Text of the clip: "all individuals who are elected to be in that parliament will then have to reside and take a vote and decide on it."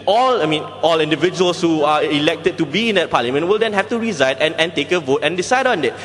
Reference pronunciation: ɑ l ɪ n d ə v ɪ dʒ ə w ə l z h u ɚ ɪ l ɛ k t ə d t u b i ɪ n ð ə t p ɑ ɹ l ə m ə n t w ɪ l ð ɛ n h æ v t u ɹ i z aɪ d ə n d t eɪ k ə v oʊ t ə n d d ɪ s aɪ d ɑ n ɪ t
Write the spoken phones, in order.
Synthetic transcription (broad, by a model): ɑ l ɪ n d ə v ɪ dʒ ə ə l s h u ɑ ɪ l ɛ k t ə d t u b i ɪ n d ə t p ɑ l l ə m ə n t w ɪ l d ɛ n h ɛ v t u ɹ i z aɪ d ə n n t eɪ k ə v oʊ t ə n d d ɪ s aɪ d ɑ n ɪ t